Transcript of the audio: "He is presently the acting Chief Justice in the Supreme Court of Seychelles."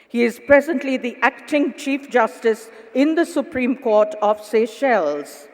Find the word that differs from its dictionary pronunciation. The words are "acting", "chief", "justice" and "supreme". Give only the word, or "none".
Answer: none